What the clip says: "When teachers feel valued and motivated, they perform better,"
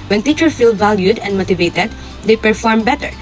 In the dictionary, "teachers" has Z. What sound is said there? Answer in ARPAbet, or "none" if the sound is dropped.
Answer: none